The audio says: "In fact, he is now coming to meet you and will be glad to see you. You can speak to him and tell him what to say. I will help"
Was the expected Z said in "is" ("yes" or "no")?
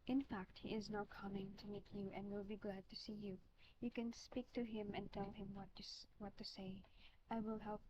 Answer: yes